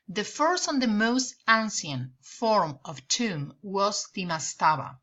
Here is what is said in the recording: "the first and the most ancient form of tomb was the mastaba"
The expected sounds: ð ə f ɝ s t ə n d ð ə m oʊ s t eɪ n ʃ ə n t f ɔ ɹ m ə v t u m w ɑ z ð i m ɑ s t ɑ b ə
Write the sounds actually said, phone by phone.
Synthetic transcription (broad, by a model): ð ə f ɝ s t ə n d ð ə m oʊ s t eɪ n s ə n f ɔ ɹ m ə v t u m w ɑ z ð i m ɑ s t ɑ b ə